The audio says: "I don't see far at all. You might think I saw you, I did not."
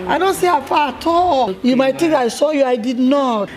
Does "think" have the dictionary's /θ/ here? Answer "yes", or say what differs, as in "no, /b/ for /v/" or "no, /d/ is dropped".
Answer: no, /t/ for /θ/